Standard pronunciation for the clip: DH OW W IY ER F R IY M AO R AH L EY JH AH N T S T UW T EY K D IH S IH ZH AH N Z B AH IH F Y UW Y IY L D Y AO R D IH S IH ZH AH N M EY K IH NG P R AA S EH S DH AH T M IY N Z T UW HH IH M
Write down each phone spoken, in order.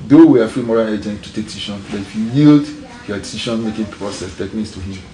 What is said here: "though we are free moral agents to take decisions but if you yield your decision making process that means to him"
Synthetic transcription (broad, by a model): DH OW W IY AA F R IY M AO R AH L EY JH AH N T T UW T EY K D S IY SH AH N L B IH F Y UW Y IY L D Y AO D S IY SH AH N M EY K IH NG P R AA S EH S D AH T M IY N S T UW HH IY M